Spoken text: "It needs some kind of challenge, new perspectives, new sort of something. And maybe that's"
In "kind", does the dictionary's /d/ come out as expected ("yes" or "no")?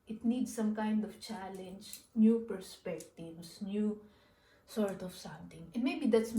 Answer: yes